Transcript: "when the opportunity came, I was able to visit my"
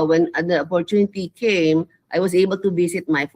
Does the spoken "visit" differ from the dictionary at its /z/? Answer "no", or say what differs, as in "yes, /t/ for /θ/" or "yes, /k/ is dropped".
yes, /s/ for /z/